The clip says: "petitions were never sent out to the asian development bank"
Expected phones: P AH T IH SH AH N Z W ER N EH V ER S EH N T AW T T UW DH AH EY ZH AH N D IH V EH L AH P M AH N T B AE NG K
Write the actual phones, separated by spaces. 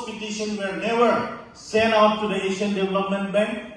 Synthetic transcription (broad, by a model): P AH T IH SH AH N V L N EH V ER S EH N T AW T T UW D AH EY SH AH N D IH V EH L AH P M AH N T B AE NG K